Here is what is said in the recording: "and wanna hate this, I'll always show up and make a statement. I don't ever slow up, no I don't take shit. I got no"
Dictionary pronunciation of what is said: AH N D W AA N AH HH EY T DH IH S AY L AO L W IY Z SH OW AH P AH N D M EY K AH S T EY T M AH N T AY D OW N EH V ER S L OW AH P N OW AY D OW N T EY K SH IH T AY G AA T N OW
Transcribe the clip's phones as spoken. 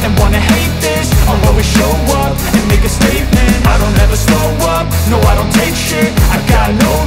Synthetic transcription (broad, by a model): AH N W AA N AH HH EY T DH IH S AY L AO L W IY SH OW AH P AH N M EY K AH S T EY T M AH N T AY D OW N EH V ER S OW AH P N OW AY D OW N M EY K SH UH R AY G AA T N OW